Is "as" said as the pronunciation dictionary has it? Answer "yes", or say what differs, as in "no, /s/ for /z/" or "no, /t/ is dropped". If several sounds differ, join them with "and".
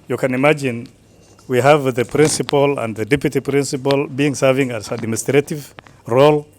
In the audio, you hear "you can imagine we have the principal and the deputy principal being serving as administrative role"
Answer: no, /s/ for /z/